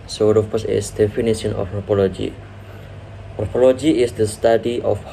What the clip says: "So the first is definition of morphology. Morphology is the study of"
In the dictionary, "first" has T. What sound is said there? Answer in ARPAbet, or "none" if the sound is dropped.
none